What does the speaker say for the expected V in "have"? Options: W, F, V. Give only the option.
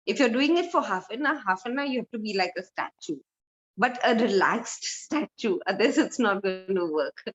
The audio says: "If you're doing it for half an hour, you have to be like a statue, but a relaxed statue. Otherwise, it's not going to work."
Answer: F